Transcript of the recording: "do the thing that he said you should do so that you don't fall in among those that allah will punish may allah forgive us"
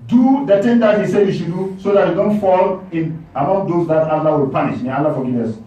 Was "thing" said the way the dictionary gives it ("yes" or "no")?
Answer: no